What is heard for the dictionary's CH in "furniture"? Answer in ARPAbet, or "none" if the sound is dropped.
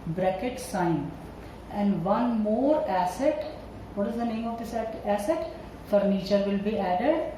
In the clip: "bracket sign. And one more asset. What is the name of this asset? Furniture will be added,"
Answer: CH